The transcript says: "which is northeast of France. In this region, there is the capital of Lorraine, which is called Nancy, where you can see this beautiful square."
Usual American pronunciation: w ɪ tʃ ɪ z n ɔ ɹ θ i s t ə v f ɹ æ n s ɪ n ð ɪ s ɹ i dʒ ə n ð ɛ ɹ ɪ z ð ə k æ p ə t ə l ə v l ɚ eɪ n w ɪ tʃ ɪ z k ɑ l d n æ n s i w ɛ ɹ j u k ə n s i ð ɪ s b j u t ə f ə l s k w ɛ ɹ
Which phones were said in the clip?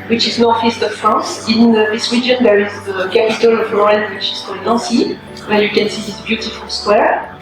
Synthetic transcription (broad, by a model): w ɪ tʃ ɪ z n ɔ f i s t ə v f ɹ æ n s ɪ n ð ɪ s w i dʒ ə n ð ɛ ɹ ɪ z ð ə k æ p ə t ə l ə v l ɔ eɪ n w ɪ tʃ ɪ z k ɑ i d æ s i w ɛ j u k ə n s i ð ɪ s b j u t ə f ə l s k w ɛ ɹ